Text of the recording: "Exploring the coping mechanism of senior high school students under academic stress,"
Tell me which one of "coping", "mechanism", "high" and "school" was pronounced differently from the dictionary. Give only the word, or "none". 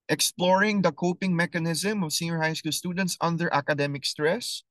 none